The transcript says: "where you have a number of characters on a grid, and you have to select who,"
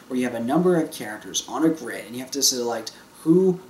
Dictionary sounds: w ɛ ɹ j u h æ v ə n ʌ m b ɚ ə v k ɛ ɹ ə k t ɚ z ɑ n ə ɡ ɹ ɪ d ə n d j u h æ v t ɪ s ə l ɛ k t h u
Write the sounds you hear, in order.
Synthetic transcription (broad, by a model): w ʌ ɹ j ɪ v ə n ʌ m b ɚ ə v k ɛ ɹ ə k t ɚ z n ə ɡ ɹ ɪ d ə n j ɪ h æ f t ɪ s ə l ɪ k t h u